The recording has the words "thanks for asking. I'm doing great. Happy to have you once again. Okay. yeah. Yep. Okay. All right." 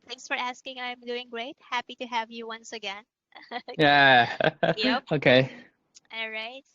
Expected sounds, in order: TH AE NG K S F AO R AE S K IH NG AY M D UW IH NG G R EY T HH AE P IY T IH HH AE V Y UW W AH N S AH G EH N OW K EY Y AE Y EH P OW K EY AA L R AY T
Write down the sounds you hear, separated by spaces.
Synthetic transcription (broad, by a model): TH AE NG K S F AO R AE S K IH NG AY M D UW IH NG G R EY T HH AE P IY T IH HH AE V Y UW W AH N S AH G EH N Y AE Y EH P OW K EY AA L R AY T